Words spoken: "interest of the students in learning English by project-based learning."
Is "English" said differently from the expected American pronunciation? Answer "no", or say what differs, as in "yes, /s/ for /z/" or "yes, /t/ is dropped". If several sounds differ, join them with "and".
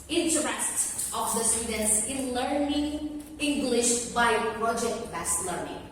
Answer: no